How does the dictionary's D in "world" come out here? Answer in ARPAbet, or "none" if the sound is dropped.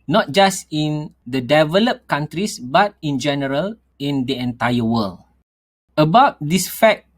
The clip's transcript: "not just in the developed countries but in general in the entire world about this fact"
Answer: none